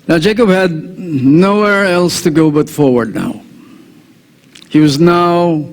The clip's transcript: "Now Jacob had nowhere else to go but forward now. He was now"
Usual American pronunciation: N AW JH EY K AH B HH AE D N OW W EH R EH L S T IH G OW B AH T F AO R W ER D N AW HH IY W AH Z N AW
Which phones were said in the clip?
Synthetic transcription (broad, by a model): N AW JH EY K AH B HH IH D N OW W EH R EH L S T IH G OW B AH T F AO R W ER D N AW HH IY W AH Z N AW